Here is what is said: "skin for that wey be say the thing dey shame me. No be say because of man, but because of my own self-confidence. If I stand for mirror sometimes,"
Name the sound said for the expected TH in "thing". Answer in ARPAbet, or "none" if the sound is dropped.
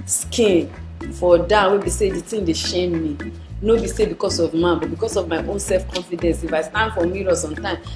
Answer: T